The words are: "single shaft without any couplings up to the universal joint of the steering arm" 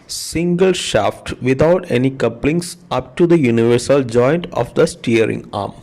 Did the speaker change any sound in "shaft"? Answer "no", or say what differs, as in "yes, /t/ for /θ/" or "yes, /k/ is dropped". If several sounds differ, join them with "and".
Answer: no